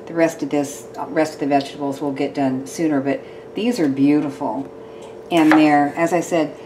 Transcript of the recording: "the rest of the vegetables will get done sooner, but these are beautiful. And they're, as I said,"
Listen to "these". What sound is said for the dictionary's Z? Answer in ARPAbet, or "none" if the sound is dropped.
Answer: Z